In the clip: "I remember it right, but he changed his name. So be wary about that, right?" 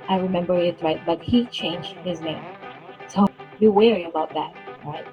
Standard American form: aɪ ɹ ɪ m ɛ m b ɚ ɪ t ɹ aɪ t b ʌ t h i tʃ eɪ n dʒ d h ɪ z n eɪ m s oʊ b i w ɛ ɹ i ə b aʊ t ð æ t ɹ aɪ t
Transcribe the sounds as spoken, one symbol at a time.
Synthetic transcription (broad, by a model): aɪ ɹ ɪ m ɛ m b ɚ ɪ t ɹ aɪ t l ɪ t h i tʃ eɪ n dʒ d h ɪ z n eɪ m s oʊ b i w ɛ ɹ i ə b aʊ t ð æ t ɹ aɪ t